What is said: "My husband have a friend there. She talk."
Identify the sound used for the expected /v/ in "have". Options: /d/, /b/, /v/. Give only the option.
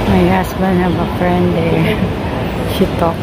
/b/